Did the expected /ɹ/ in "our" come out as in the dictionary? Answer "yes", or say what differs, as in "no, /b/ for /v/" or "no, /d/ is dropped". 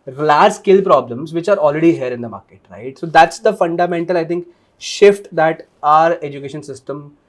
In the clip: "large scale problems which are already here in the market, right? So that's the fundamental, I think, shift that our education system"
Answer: yes